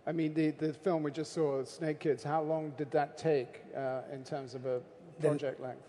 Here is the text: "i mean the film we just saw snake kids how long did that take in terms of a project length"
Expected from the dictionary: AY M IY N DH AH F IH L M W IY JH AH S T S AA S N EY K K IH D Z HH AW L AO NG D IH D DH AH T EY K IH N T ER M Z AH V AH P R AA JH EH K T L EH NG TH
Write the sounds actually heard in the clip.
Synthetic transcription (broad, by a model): AY M IY N DH AH F IH L M W IY JH AH S T S AA S N EY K K IH D Z HH AW L AO NG D IH D DH AH T EY K IH N T ER M Z AH V AH P R AA JH EH K T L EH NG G